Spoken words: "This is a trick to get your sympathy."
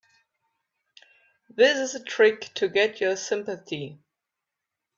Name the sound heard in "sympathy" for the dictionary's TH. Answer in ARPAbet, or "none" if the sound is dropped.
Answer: TH